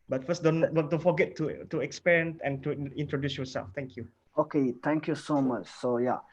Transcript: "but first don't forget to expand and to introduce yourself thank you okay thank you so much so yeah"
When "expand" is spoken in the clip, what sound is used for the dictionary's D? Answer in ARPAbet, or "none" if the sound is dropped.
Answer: none